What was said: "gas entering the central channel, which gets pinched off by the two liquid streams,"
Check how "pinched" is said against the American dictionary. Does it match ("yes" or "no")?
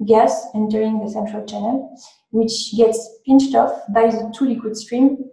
yes